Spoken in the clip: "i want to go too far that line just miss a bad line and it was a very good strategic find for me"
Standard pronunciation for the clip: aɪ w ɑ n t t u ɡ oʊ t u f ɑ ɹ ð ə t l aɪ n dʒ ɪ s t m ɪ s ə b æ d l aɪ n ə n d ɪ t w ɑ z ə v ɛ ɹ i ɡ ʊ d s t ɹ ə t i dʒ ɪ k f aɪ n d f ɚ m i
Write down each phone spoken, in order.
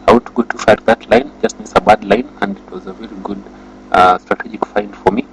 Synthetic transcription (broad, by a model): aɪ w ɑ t t u ɡ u t u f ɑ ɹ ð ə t l aɪ n dʒ ɪ s t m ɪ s ə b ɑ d l aɪ n ə n d ɪ t w ɑ z ə v ɛ ɹ i ɡ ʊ d s t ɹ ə t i dʒ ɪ k f aɪ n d f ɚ m i